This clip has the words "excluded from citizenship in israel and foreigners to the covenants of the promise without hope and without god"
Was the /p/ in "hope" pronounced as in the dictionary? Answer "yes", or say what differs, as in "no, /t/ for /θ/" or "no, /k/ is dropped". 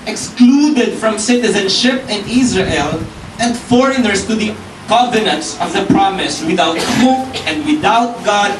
no, /p/ is dropped